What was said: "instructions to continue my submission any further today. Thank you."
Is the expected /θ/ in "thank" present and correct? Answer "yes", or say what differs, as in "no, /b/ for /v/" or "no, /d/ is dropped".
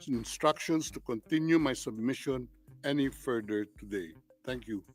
no, /t/ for /θ/